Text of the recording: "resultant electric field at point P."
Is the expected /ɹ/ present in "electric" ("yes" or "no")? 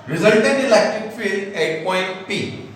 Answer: no